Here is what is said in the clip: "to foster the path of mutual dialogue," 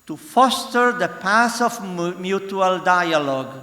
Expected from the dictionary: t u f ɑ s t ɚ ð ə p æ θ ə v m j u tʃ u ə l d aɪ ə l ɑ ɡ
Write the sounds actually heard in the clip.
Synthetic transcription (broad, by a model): t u f ɑ s t ɚ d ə p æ s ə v m j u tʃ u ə l d aɪ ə l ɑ ɡ